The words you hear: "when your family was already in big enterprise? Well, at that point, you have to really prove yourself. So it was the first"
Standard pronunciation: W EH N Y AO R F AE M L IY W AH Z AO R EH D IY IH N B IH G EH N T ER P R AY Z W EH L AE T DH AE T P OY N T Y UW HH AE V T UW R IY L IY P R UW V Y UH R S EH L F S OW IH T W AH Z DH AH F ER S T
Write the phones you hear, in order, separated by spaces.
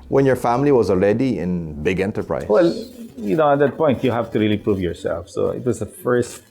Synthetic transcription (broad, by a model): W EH N Y AO R F AE M L IY W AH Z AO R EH D IY IH N B IH G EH N T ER P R AY W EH L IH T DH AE T P OY N T Y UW HH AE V T UW R IY L IY P R UW V Y UH R S EH L F S OW IH T W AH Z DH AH F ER S T